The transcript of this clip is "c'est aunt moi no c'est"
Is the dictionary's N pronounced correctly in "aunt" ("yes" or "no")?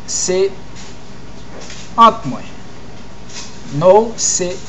no